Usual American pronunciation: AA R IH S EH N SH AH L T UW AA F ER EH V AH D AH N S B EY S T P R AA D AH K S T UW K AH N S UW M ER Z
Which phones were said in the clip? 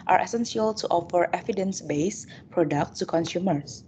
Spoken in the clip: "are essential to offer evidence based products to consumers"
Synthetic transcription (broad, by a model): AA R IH S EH N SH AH L T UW AA F ER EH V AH D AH N S B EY S P R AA D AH K T UW K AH N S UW M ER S